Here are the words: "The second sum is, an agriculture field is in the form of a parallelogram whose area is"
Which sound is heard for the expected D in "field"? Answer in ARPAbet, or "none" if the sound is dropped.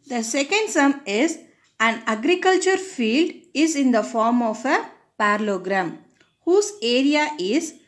D